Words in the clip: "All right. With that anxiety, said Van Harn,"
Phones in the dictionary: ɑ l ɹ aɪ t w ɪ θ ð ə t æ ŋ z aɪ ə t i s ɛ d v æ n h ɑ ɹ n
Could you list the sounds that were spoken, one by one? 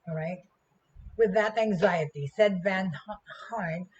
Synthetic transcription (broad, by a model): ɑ ɹ aɪ t w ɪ ð ə t æ ŋ z aɪ ə t i s ɛ d v æ n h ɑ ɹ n